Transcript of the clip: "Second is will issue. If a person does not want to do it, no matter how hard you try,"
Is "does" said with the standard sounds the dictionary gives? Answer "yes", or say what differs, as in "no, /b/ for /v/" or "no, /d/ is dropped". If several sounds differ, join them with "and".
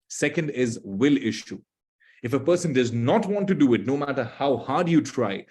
yes